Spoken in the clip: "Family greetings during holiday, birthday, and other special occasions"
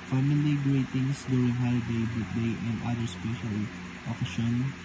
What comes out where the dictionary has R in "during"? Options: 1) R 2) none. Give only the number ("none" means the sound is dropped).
2